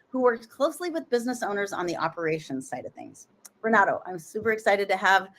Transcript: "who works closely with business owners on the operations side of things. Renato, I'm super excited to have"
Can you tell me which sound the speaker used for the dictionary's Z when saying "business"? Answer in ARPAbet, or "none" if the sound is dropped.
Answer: Z